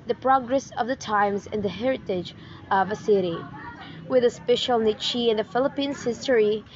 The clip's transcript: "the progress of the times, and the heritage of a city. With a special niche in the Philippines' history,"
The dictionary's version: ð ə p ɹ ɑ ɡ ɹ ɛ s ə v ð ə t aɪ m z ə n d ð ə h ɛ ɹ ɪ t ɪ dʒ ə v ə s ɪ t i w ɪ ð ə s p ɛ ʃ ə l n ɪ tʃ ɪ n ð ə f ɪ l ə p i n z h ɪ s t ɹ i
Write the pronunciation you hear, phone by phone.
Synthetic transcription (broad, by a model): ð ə p ɹ ɑ ɡ ɹ ɛ s ə v ð ə t aɪ m z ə n ð ə h ɛ ɹ ɪ t ɪ dʒ ə v ə s ɪ t i w ɪ ð ə s p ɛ ʃ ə l n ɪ tʃ ɪ n ð ə f ɪ l ə p i n z h ɪ s t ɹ i